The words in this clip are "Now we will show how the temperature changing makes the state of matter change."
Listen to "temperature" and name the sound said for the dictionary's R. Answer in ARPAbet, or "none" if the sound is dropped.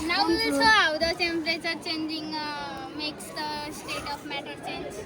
L